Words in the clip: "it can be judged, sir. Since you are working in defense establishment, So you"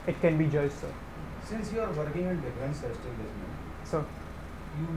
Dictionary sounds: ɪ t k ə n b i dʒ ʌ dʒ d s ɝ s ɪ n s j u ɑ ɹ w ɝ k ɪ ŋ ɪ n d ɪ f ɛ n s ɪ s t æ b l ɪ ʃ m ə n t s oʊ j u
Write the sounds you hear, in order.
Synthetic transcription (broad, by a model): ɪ t k ə n b i dʒ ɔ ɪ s s ɝ s ɪ n s j u ɑ ɹ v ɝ k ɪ ŋ ɪ n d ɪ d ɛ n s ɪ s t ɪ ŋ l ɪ s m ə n s oʊ j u